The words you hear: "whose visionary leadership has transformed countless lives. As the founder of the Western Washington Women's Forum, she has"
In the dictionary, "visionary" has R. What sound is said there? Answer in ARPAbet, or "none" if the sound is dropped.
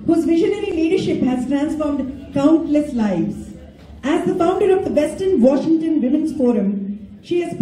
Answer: R